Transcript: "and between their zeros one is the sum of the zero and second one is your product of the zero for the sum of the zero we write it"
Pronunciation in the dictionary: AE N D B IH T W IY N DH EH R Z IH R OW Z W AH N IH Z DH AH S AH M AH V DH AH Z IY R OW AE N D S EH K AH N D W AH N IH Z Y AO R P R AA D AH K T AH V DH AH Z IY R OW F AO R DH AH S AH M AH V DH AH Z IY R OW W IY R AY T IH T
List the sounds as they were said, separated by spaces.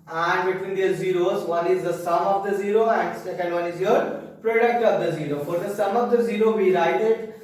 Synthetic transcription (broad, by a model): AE N D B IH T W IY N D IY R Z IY R OW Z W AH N IH Z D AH S AH M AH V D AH Z IY R OW AE N D S EH K AH N D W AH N IH Z Y AO R P R AA D AH K T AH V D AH Z IY R OW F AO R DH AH S AH M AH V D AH Z IY R OW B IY R AY T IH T